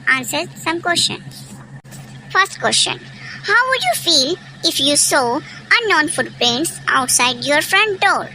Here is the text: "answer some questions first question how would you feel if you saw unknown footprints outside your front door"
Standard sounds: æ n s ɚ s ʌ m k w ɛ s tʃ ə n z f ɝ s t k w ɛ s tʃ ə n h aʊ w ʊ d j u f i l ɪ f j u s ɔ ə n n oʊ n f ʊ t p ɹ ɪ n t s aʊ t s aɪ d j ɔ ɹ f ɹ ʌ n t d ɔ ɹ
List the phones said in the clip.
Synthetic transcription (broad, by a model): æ n s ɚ s ʌ m k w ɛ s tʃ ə n s f ɝ s t k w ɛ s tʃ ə n h aʊ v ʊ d j u f i l ɪ f j u s ɔ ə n n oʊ n f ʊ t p ɛ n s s aʊ t s aɪ d j ɔ ɹ f ɹ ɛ n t d ɔ ɹ